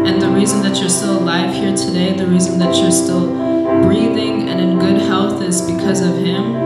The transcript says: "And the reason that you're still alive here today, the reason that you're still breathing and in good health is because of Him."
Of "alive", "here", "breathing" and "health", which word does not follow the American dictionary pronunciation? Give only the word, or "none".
none